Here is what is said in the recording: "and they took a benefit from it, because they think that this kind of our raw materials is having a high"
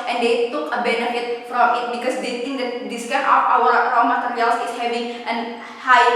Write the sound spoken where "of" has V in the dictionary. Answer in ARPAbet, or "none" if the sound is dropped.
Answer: P